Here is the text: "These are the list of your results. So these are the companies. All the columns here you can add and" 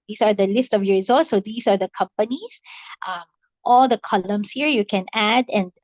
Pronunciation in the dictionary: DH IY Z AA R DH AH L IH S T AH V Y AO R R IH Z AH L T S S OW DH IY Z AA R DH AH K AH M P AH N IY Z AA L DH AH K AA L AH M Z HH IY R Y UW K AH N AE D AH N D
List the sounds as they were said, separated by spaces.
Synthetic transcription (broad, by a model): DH IY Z AA R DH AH L IH S T AH V Y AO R R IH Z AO L T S S OW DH IY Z AA R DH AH K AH M P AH N IY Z AA L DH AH K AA L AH M S HH IY R Y UW K AH N AE D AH N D